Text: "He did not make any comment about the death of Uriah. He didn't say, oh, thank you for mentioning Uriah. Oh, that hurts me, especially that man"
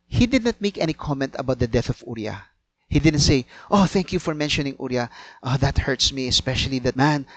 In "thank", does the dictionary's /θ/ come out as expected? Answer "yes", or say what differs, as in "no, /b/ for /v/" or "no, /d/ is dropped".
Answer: yes